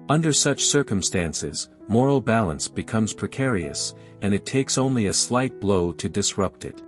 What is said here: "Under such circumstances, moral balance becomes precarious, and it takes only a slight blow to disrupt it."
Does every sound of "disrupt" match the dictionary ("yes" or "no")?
yes